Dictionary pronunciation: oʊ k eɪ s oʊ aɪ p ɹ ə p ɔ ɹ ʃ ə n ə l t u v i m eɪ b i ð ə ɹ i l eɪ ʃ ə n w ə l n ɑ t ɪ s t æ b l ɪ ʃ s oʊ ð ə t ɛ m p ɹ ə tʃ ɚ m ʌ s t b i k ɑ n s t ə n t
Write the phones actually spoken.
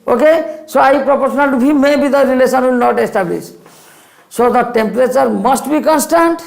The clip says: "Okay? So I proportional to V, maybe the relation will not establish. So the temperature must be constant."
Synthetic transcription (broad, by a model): oʊ k eɪ s oʊ aɪ p ɹ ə p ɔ ɹ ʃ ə n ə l t u b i m eɪ b i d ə ɹ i l eɪ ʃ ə n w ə l n ɑ t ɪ s t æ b l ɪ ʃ s oʊ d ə t ɛ m p ɹ ə tʃ ɚ m ʌ s t b i k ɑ n s t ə n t